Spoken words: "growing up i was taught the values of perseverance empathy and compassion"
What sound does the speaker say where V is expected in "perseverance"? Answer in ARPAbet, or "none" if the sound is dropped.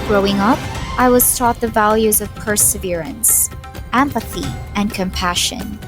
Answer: V